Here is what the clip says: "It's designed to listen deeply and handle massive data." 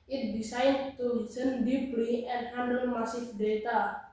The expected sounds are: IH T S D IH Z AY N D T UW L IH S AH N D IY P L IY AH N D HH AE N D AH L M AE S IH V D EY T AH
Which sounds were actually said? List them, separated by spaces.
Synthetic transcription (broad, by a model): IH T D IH S AY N T UW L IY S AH N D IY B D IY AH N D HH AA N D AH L M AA S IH F D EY T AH